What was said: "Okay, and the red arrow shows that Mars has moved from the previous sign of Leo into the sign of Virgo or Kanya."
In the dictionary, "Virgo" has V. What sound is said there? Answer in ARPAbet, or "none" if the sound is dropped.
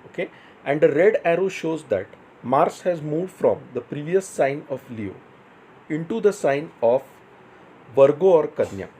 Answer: V